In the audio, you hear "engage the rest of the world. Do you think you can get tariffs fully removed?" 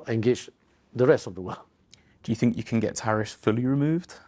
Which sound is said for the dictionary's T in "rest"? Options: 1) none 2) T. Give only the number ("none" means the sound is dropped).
2